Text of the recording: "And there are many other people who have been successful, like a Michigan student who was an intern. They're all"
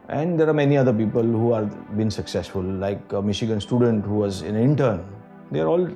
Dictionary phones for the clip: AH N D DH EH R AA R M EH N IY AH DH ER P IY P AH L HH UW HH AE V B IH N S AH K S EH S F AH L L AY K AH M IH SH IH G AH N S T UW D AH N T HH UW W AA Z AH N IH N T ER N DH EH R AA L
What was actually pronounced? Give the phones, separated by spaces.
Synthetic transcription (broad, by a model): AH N D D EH R AA R M EH N IY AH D ER P IY P AH L HH UW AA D B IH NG S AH K S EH S F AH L L AY K AH M IH SH IH G AH N S T UW D AH N T HH UW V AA Z AH N IH N T ER N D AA R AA L